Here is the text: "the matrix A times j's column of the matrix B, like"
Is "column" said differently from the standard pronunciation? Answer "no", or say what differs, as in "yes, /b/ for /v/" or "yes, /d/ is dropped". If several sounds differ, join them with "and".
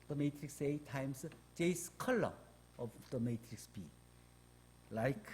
yes, /m/ is dropped